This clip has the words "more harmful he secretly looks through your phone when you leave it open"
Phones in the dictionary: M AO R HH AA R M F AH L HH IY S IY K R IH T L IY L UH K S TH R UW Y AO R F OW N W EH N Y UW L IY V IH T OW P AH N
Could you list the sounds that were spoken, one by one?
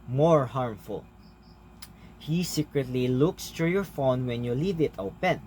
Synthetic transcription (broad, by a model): M AO R HH AA R M F AH L HH IY S IY K R IH T L IY L UH K S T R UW Y AO R F OW N W EH N Y UW L IY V IH T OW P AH N